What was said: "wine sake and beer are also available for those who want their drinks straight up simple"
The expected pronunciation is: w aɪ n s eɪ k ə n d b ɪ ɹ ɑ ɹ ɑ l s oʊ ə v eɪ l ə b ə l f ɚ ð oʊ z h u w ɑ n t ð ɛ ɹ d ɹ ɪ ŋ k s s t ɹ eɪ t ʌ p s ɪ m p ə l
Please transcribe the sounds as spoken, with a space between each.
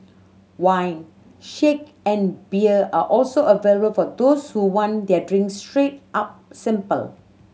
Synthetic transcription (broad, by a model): w aɪ n ʃ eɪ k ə n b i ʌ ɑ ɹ ɑ l s oʊ ə v eɪ l ə b ə l f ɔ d oʊ s h u w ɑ n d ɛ d ɹ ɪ ŋ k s s t ɹ eɪ t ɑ p s ɪ m p ə l